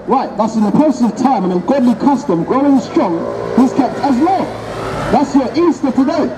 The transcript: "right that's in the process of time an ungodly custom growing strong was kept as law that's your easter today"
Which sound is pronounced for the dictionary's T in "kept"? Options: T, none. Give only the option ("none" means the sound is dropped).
T